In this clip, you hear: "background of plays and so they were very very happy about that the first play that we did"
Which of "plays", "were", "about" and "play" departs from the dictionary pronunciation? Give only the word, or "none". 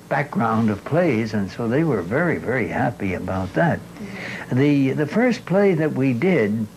none